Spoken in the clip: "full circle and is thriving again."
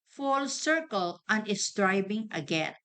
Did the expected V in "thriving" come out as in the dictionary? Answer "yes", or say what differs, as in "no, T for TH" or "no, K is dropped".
no, B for V